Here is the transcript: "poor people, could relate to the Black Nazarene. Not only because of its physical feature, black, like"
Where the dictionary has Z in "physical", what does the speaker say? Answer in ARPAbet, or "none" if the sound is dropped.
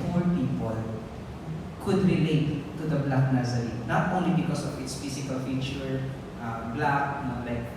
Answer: S